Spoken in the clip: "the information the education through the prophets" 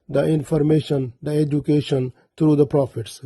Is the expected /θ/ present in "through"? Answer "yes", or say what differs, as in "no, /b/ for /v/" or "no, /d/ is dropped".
no, /t/ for /θ/